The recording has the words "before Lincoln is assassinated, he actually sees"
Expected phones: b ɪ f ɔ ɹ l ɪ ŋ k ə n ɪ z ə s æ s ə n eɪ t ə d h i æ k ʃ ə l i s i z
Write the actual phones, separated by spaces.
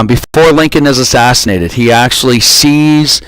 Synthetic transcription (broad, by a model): b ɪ f ɔ ɹ l ɪ ŋ k ə n ɪ z ə s æ s ə n eɪ t ə d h i æ k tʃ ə l i s i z